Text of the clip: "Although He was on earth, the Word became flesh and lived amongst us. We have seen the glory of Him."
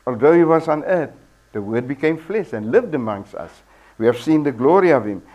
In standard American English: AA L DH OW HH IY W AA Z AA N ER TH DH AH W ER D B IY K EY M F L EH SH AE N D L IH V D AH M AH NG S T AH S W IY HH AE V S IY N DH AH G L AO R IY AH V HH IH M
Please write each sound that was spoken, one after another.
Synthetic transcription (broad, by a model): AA L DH OW HH IY W AA Z AA N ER T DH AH W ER D B IY K EY M F L EH SH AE N D L IH V D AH M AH NG S T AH S W IY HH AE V S IY N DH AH G L AO R IY AH V HH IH M